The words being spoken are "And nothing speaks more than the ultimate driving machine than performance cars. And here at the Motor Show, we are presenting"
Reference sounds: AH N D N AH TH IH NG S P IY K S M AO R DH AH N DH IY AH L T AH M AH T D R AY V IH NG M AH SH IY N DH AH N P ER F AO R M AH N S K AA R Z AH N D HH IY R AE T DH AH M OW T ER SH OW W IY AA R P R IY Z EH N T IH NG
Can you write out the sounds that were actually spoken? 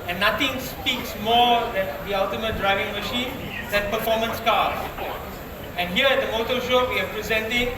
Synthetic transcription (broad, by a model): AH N N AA T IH NG S P IY K S M AO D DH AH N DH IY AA L T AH M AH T D R AY V IH NG M AH SH IY N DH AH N P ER F AO M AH N S K AA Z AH N HH IY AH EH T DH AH M OW T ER SH OW W IY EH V P R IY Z EH N T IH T